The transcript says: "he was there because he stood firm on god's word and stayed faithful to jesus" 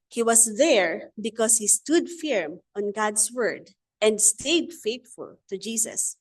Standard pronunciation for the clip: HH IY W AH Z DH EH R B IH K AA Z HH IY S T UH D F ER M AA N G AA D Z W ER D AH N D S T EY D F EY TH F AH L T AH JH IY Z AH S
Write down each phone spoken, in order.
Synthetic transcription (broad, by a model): HH IY W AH S DH EH R B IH K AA S HH IY S T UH D F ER M AA N G AA D S W ER D AH N D S T EY D F EY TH F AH L T AH JH IY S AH S